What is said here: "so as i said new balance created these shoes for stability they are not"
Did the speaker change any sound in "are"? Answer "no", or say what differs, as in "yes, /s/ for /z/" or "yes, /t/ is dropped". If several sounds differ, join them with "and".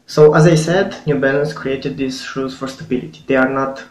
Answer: no